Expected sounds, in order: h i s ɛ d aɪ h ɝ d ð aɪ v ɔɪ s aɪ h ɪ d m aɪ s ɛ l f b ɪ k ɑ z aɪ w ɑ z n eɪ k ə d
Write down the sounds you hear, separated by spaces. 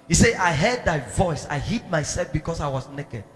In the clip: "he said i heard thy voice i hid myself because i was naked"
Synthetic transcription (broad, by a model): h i s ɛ aɪ h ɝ d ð aɪ v ɔɪ s aɪ h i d m aɪ s ɛ l f b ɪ k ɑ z aɪ w ɑ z n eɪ k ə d